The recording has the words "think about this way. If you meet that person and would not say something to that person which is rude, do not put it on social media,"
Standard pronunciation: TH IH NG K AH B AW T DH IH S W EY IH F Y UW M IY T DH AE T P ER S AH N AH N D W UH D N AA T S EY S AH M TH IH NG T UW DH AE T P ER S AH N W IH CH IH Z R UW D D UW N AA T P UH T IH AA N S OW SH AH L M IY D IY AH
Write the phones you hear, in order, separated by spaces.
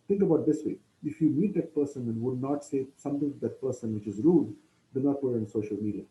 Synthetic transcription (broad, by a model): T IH NG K AH B AW T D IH S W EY IH F Y UW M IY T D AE T P ER S AH N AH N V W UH D N AA T S EY S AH M T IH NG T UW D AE T P ER S AH N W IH CH IH Z R UW D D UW N AA T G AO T IH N S OW SH AH L M IY D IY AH